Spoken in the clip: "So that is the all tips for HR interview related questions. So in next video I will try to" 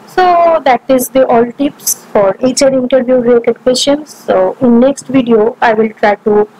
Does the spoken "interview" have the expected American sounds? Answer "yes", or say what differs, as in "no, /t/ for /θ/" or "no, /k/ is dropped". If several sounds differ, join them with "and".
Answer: yes